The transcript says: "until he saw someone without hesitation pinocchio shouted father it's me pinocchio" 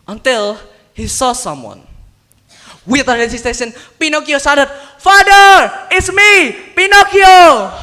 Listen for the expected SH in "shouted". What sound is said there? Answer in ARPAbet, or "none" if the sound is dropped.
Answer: S